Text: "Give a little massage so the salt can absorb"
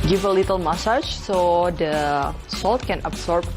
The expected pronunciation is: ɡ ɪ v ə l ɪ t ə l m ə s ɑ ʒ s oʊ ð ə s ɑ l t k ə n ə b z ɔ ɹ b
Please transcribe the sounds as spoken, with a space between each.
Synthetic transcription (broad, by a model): ɡ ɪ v ə l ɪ t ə l m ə s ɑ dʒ s oʊ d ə s ɑ l t k ə n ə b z ɔ ɹ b